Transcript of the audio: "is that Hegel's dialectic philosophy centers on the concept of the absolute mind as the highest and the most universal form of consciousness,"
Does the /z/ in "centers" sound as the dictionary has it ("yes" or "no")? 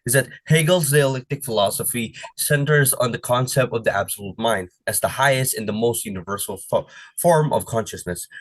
yes